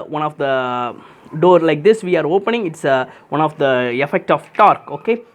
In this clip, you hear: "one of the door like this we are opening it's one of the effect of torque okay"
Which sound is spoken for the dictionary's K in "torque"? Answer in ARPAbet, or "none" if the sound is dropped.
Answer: K